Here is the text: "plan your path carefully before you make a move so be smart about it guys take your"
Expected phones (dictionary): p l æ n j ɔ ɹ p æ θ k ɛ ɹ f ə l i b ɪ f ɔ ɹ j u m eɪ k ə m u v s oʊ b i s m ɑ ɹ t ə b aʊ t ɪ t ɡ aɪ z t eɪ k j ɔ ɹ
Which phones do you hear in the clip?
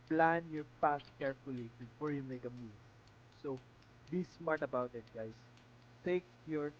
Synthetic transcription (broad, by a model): p l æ n j ɔ ɹ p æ s k ɛ ɹ f ə l i b ɪ f ɔ ɹ j u m eɪ k ə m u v s oʊ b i s m ɑ ɹ t ə b aʊ t ɪ t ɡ aɪ s t eɪ k j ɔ ɹ